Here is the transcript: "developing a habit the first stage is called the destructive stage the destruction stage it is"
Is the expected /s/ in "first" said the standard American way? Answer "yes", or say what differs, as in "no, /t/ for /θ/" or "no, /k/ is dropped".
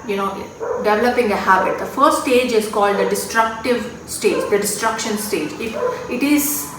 no, /s/ is dropped